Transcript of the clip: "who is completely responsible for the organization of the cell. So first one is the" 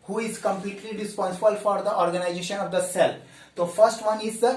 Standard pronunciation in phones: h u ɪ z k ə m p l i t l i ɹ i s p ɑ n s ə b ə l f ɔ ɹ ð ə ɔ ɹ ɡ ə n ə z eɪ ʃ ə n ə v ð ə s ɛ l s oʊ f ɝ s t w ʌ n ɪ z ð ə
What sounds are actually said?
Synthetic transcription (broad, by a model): h u ɪ z k ə m p l i t l i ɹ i s p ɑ n s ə b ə l f ɔ ɹ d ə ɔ ɹ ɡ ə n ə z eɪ ʃ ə n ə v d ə s ɛ l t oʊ f ɝ s t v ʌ n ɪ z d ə